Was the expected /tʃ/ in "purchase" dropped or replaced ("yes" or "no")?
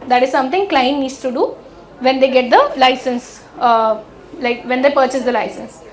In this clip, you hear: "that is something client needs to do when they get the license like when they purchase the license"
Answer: no